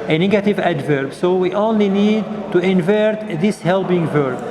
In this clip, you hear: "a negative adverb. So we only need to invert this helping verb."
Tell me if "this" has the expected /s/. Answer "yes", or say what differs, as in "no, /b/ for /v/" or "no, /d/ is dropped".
yes